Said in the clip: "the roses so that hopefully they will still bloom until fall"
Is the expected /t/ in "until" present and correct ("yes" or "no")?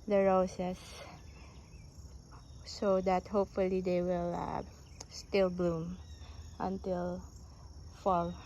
yes